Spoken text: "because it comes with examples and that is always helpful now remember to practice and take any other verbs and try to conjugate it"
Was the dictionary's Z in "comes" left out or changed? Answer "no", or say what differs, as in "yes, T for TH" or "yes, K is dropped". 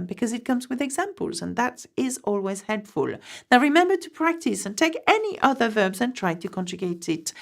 no